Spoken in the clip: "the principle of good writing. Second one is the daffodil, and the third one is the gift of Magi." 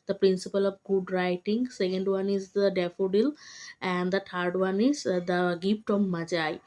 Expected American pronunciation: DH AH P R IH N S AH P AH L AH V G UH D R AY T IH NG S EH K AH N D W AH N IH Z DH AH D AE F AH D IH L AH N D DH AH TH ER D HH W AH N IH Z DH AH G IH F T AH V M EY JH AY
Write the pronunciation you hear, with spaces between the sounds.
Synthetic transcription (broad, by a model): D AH P R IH N S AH P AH L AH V G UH D R AY T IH NG S EH K AH N D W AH N IH Z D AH D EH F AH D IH L AH N D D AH T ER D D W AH N IH Z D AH G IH P T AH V M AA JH AY